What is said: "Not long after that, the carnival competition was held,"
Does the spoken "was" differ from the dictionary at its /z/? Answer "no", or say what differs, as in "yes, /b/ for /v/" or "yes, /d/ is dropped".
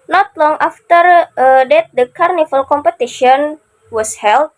yes, /s/ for /z/